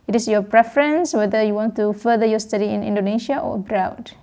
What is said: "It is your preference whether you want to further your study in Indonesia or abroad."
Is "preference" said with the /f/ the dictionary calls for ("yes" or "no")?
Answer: yes